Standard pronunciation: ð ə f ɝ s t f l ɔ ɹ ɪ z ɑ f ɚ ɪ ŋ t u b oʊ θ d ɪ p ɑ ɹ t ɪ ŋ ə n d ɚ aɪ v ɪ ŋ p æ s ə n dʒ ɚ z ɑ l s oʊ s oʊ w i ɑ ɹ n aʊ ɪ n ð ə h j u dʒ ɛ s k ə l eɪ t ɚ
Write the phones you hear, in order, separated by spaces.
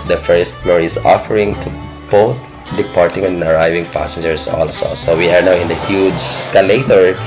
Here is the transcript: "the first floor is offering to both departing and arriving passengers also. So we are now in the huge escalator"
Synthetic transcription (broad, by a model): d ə f ɝ s t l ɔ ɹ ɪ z ɑ f ɚ ɪ ŋ t u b oʊ t d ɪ p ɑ ɹ t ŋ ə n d aɪ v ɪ ŋ p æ s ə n dʒ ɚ s ɑ l s oʊ s oʊ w i ɑ ɹ n aʊ ɪ n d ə h j u dʒ s k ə l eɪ t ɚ